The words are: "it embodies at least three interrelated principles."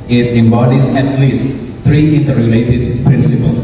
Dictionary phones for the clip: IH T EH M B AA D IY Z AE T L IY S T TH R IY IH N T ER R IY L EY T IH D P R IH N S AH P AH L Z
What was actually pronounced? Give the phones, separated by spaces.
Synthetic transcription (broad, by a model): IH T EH M B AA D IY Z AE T L IY S T T R IY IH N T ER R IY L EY T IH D P R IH N S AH P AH L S